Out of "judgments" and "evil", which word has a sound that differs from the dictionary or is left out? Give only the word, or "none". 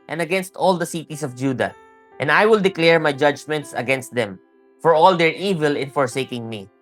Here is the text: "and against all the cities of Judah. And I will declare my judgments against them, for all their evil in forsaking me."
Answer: none